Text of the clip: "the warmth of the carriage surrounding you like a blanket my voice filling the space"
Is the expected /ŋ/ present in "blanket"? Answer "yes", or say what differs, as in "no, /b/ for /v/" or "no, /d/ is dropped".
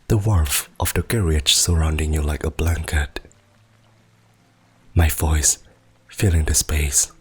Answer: yes